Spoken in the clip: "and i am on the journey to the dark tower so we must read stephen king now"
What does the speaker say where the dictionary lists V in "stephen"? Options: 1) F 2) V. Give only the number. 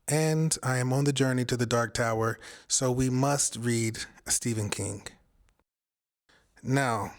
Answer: 2